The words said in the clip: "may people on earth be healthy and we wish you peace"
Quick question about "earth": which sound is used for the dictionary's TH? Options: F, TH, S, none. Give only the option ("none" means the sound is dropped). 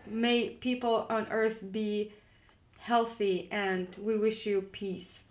TH